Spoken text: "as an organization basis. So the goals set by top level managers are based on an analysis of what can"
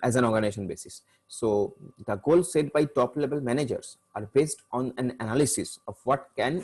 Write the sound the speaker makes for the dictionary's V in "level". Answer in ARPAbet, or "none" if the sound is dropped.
B